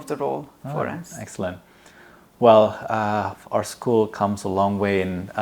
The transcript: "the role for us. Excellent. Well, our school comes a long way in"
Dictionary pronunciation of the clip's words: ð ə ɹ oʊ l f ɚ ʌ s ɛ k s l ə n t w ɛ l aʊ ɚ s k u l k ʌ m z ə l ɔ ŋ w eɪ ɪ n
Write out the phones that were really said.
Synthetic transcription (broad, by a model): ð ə ɹ oʊ l f ɚ ʌ s ɛ k s l ə n t w ɛ l aʊ ɚ s k u l k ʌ m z ə l ɔ ŋ w eɪ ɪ n